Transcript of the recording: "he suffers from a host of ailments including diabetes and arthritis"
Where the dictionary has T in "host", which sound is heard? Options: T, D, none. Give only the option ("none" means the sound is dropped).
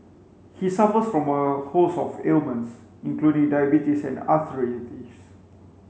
none